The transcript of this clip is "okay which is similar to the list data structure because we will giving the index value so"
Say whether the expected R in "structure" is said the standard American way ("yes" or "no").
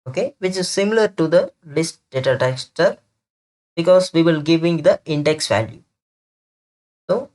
no